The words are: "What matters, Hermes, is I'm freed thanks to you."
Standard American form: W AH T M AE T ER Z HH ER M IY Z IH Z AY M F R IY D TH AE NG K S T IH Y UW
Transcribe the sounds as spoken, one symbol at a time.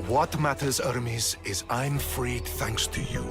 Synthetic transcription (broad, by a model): W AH T M AE T ER Z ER M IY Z IH Z AY M F R IY D TH AE NG K S T IH Y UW